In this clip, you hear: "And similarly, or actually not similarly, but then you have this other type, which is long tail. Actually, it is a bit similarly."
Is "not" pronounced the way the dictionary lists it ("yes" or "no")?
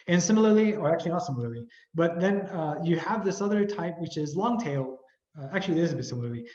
no